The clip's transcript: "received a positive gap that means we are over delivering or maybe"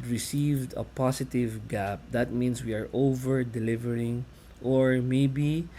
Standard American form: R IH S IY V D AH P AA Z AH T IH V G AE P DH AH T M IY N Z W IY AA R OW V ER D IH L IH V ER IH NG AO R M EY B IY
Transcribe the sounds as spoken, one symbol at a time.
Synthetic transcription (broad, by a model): R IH S IY V D AH P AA S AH T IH V G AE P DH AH T M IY N S W IY AA R OW V ER D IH L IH V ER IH NG AO R M EY B IY